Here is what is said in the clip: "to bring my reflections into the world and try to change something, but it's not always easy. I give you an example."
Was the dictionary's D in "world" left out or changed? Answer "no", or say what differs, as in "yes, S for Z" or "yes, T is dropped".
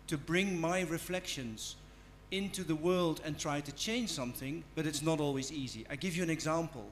no